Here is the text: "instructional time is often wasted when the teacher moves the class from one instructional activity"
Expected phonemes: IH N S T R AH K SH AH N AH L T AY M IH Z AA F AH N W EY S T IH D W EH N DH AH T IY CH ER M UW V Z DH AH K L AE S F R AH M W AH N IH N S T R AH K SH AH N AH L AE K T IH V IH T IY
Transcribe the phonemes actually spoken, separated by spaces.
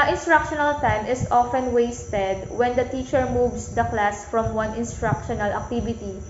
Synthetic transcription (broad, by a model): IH N S T R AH K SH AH N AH L T AY M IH S AA F AH N W EY S T IH D W EH N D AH T IY CH ER M UW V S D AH K L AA S F R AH M W AH N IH N S T R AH K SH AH N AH L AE K T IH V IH T IY